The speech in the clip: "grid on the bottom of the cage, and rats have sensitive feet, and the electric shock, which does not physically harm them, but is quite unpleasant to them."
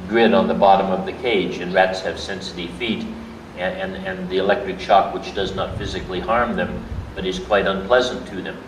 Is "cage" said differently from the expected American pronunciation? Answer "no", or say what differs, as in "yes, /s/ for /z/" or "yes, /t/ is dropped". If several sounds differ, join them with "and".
no